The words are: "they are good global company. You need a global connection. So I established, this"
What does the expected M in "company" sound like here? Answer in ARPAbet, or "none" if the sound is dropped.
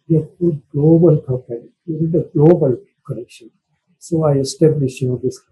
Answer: none